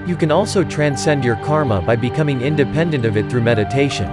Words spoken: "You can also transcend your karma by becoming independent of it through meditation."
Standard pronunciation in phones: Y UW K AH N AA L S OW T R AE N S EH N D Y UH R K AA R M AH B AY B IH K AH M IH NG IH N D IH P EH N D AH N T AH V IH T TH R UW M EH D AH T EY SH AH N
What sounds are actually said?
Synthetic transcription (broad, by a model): Y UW K AH N AA L S OW T R AE N S EH N D Y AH R K AA R M AH B AY B IH K AH M IH NG IH N D IH P EH N D AH N T AH V IH T TH R UW M EH D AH T EY SH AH N